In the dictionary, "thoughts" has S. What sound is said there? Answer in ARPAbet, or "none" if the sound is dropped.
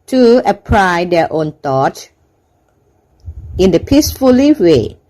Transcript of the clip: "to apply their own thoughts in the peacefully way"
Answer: none